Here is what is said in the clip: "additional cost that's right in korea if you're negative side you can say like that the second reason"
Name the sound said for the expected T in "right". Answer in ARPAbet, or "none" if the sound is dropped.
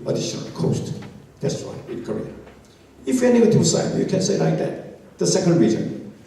none